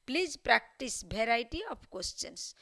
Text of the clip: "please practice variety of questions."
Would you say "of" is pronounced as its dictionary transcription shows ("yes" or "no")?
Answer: no